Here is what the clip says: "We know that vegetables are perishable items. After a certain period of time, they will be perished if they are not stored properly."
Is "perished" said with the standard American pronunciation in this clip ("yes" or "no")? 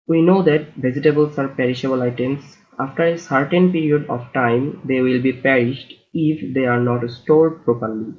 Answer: yes